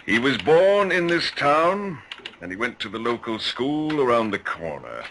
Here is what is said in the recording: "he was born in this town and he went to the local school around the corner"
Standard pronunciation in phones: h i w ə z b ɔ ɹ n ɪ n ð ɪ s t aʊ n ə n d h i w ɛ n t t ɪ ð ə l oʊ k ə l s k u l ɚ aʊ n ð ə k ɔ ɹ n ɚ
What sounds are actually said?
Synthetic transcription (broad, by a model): h i w ə z b ɔ ɹ n ɪ n ð ɪ s t aʊ n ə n i w ɛ n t t ɪ ð ə l oʊ k ə l s k u l ɚ aʊ n ð ə k ɔ ɹ n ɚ